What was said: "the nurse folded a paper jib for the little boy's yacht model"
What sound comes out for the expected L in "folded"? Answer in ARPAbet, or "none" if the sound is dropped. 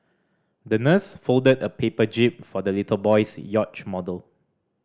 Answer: L